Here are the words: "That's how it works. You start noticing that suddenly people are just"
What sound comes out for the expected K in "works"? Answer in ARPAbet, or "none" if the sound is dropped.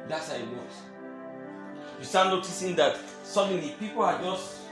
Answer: none